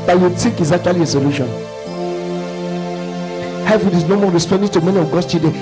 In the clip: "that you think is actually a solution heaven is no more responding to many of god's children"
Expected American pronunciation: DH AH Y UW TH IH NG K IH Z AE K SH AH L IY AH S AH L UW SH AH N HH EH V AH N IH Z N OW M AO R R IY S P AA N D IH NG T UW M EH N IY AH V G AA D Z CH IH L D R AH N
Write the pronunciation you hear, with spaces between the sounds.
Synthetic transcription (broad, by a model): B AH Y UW T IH K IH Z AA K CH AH L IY AH S AH L UW SH AH N HH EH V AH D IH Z N OW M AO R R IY S P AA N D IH T UW M EH N IY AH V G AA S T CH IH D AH